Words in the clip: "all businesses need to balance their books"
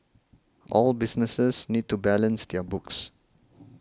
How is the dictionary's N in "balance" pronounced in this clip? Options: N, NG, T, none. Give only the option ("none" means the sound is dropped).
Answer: N